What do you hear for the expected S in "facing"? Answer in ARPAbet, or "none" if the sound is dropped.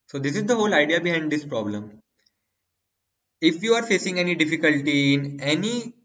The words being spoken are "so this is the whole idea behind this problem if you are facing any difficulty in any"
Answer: S